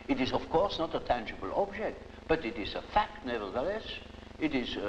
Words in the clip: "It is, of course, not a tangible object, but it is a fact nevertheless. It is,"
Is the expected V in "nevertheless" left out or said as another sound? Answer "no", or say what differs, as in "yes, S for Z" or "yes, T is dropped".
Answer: no